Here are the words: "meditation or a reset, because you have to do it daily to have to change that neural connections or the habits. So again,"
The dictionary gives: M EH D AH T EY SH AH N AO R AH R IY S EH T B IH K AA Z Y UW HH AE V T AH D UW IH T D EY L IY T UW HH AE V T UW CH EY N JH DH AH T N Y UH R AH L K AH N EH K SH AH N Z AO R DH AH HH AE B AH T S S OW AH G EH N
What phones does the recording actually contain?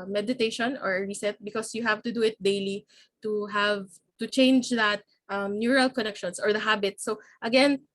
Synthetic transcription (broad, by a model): M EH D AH T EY SH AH N AO R R IY S EH T B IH K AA S Y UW HH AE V T AH D UW IH T D EY L IY T UW HH AE V T UW CH EY N JH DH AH T N Y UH R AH L K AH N EH K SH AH N S AO R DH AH HH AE B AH T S S OW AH G EH N